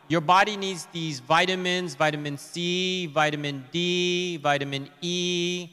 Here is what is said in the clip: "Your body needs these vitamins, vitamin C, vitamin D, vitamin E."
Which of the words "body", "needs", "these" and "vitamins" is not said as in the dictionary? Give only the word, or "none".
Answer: none